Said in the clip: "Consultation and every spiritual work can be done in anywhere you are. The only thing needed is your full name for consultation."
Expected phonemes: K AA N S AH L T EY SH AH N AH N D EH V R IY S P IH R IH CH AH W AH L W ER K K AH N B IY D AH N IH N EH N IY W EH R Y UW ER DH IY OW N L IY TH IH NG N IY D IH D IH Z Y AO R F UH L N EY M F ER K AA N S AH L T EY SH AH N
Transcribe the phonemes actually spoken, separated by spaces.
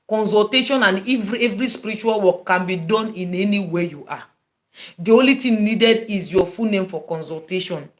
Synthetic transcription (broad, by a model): K AA N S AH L T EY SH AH N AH N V EH V R IY S P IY R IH CH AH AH L W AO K K AH N B IY D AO N IH N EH N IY W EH Y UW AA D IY OW N L IY T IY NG N IY D IH D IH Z Y AO F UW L N EY M F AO K AA N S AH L T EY SH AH N